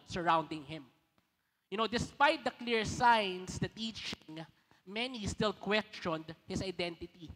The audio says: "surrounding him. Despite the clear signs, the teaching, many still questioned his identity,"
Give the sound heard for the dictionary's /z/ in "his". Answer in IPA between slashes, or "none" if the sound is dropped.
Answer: /s/